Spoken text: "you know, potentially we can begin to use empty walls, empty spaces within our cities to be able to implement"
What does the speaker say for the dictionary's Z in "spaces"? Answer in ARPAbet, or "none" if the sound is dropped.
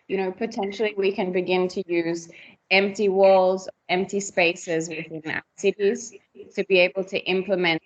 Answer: Z